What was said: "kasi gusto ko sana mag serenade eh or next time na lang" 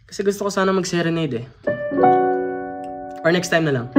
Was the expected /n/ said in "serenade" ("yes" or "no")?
yes